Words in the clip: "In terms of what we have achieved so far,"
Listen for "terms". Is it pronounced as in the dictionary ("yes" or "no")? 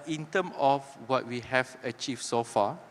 no